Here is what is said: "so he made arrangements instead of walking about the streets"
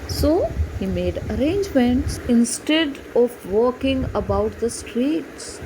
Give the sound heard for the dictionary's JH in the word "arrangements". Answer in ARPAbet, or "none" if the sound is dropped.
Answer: JH